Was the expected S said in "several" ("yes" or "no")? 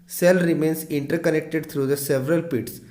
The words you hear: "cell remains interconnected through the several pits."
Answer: yes